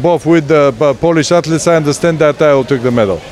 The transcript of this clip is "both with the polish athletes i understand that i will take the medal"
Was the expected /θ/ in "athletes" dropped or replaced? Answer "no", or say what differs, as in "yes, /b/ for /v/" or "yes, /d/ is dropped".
yes, /t/ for /θ/